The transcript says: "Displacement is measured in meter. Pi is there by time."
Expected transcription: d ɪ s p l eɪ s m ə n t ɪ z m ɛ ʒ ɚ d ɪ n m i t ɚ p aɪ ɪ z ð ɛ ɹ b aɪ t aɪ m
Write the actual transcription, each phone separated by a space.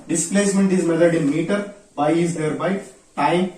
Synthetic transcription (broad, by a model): d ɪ s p l eɪ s m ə n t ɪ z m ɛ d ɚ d ɪ n m i t ɚ b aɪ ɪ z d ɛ ɹ b aɪ t aɪ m